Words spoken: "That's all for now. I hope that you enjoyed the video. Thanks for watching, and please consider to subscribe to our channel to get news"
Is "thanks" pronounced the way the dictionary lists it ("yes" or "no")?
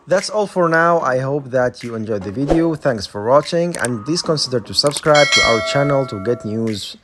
yes